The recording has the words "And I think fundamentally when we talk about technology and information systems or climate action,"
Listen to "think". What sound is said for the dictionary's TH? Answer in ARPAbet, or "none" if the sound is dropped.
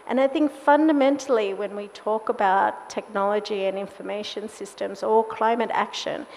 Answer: TH